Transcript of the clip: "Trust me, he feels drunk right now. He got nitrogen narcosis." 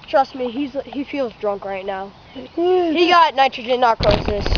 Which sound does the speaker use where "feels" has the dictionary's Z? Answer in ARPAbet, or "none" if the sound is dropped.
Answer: Z